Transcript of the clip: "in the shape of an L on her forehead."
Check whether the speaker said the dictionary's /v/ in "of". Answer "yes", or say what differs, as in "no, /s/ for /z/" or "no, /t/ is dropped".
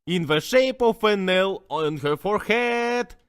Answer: no, /f/ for /v/